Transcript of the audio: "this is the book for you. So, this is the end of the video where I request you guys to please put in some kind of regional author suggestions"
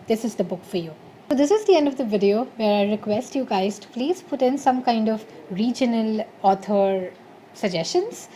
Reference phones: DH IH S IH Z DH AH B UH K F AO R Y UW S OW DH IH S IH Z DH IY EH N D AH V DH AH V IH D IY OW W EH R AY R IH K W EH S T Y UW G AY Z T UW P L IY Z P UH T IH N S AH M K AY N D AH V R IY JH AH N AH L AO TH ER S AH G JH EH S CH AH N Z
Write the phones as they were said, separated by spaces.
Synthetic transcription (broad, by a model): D IH S IH Z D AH B UH K F AO R Y UW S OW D IH S IH Z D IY EH N D AH V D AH V IH D IY OW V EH R AY R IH K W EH S T Y UW G AY Z T UW P L IY Z P UH T IH N S AH M K AY N D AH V R IY JH AH N AH L AO T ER S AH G JH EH S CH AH N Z